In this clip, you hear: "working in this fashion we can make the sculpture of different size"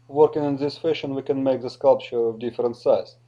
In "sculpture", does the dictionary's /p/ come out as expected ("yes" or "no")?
yes